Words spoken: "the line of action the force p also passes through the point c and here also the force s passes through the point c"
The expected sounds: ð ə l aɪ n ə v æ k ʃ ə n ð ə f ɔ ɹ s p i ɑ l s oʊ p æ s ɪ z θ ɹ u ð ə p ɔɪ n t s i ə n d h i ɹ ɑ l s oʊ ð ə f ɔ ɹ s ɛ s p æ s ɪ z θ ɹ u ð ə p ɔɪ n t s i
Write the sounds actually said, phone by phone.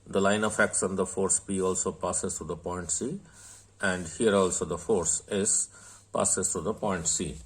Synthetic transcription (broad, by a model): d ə l aɪ n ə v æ k s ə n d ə f ɔ ɹ s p i ɑ l s oʊ p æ s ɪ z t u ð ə p ɔɪ n t s i ə n d h i ɹ ɑ l s oʊ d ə f ɔ ɹ s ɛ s p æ s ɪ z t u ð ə p ɔɪ n t s i